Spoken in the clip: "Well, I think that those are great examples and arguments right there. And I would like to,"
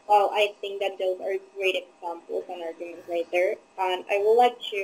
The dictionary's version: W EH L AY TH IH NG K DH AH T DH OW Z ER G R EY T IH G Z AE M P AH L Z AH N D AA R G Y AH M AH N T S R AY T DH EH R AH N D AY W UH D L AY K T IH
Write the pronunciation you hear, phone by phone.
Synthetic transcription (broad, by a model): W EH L AY TH IH NG K DH AH T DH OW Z ER G R EY T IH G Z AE M P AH L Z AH N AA R G Y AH M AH N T R AY T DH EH R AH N AY W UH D L AY K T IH